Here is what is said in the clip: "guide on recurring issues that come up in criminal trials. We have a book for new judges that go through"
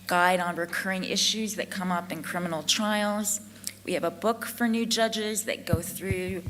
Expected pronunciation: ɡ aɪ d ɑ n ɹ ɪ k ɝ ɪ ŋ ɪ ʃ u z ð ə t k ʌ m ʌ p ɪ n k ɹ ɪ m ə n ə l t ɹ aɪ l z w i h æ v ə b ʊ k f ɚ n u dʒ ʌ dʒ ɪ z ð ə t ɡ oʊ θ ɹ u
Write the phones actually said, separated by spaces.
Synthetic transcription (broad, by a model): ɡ aɪ d n ɹ ɪ k ɝ ɪ ŋ ɪ ʃ u z ð ə t k ʌ m ʌ p ɪ n k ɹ ɪ m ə n l t ɹ aɪ l z w i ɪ v ə b ʊ k f ɚ n u dʒ ʌ dʒ ɪ z ð ə t ɡ oʊ θ ɹ u